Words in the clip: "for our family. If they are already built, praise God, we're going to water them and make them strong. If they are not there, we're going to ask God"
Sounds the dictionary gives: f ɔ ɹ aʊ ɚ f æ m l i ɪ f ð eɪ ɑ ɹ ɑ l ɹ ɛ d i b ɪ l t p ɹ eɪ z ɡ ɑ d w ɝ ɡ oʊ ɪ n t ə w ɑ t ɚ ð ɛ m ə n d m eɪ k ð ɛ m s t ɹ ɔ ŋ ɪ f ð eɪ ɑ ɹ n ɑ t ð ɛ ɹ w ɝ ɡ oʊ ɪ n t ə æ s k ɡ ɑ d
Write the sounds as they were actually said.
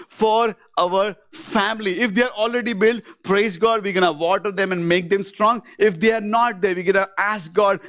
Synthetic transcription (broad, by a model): f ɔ ɹ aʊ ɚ f æ m l i ɪ f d eɪ ɑ ɹ ɑ l ɹ ɛ d i b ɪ l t p ɹ eɪ z ɡ ɑ d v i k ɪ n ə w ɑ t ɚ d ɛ m ə n d m eɪ k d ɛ m s t ɹ ɔ ŋ ɪ f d eɪ ɑ ɹ n ɑ t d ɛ ɹ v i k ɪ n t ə æ s k ɡ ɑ d